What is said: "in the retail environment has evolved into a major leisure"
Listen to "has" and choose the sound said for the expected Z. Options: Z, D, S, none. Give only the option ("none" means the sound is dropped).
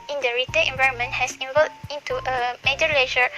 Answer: S